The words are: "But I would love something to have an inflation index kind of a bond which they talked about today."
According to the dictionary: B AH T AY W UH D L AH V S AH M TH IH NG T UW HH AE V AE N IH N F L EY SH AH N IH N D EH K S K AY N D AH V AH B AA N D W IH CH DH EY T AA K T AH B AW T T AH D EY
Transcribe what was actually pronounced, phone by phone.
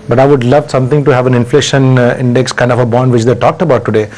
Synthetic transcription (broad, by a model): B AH T AY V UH D L AH V S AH M T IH NG T UW HH AE V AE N IH N F L EY SH AH N IH N D EH K S K AY N D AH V AH B AA N D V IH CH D EY T AA K T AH B AW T T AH D EY